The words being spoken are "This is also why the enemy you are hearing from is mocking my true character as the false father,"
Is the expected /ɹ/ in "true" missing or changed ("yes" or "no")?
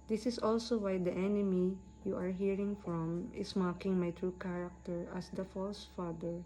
no